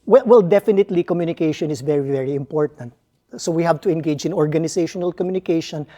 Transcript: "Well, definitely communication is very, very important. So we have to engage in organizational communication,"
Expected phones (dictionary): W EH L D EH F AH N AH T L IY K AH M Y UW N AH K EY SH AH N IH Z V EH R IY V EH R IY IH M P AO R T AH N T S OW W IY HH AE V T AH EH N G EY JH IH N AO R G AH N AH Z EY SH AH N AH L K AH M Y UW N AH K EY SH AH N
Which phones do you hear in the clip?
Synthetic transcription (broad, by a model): W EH L D EH F AH N AH T L IY K AH M Y UW N AH K EY SH AH N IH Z V EH R IY V EH R IY IH M P AO R T AH N T S OW W IY HH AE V T AH EH N G EY JH IH N AO R G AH N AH S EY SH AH N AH L K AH M Y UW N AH K EY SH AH N